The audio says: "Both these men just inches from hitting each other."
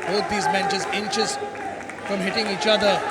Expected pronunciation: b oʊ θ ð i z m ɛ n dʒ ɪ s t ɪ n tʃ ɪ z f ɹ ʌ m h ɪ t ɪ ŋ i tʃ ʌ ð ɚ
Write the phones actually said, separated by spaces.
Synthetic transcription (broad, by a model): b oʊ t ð i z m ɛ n tʃ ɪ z ɪ n tʃ ɪ z f ɹ ʌ m h ɪ t ɪ ŋ i tʃ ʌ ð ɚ